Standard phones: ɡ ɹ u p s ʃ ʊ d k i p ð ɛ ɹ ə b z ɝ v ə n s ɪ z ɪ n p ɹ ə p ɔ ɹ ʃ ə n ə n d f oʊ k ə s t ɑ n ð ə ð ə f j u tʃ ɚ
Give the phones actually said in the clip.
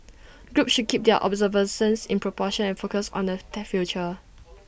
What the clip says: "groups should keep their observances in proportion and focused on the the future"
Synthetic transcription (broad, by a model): ɡ ɹ u p s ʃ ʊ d k i p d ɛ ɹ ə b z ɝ v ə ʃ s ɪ s ɪ n p ɹ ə p ɔ ʃ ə n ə n f oʊ k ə s ɑ n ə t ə f j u tʃ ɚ